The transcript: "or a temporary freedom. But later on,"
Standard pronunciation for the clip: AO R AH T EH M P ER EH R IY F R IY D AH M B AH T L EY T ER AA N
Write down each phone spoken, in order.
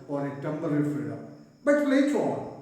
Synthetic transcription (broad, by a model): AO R AH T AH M B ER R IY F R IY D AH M B AH T L EY T ER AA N